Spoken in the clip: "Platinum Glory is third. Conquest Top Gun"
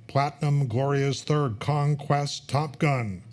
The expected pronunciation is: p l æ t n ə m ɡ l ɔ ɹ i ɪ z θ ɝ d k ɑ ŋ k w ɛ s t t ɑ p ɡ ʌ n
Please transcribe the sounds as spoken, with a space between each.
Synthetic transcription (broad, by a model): p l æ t n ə m ɡ l ɔ ɹ i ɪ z θ ɝ d k ɑ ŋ k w ɛ s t t ɑ p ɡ ʌ n